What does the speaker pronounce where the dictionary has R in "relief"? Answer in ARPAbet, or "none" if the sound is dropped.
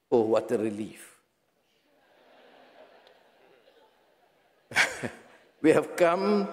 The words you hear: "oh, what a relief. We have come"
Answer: R